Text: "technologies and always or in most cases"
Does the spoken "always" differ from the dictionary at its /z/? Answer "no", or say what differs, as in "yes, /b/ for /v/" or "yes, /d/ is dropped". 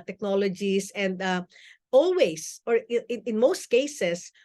yes, /s/ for /z/